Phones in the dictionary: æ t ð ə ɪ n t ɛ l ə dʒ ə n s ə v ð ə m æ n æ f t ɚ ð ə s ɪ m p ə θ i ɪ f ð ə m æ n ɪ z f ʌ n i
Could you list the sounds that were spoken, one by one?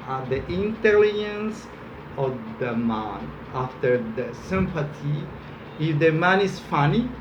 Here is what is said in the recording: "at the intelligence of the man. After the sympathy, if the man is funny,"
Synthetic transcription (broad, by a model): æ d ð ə ɪ n t ɛ l ə dʒ ə n s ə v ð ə m æ n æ f t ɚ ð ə s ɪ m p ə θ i ɪ f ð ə m æ n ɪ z f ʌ n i